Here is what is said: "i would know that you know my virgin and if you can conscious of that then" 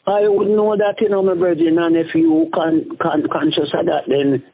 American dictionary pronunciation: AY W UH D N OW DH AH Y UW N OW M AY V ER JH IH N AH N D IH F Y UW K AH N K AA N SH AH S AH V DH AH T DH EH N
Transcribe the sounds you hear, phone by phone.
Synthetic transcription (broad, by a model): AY W UH D N OW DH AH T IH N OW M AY B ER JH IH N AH N IH F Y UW K AH N K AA N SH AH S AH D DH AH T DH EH N